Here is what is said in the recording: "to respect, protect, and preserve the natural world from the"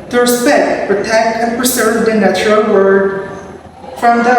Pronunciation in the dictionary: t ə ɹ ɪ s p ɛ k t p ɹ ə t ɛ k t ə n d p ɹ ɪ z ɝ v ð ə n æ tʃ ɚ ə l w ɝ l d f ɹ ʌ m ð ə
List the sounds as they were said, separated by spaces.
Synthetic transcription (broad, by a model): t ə ɹ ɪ s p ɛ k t p ɹ ə t ɛ k t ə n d p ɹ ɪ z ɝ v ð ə n æ tʃ ɚ ə l w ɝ d f ɹ ʌ m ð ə